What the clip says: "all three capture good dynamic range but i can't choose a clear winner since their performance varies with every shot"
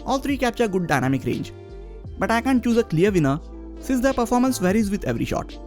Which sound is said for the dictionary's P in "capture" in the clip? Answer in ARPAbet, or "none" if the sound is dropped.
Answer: P